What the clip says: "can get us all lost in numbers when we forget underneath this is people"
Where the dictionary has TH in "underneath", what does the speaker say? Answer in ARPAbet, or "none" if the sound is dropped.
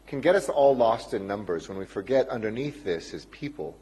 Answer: TH